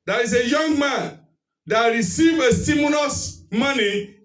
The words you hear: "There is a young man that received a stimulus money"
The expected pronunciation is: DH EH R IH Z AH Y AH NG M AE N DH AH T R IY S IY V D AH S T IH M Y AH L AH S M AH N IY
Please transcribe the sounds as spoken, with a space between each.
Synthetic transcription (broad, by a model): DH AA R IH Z AH Y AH NG M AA N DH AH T R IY S IY V AH S T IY M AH N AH S M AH N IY